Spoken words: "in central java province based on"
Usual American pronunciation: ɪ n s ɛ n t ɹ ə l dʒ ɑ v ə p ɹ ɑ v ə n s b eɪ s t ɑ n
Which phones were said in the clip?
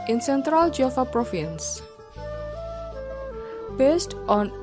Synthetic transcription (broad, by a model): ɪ n s ɛ n t ɹ ə l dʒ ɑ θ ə p ɹ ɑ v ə n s b eɪ s t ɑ n